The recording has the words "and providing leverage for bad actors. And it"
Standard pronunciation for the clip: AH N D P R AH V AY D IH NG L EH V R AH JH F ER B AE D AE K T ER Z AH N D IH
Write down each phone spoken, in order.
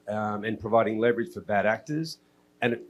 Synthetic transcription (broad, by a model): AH N P R AH V AY D IH NG L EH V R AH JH F ER B AE D AE K T ER Z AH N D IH